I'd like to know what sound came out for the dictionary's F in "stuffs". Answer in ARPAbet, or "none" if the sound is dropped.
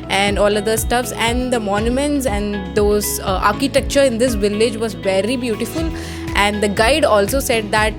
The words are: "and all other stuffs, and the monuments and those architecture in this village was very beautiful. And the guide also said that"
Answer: F